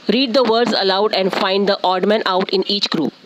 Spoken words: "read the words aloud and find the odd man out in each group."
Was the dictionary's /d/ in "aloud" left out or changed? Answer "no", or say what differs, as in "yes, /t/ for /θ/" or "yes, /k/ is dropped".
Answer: no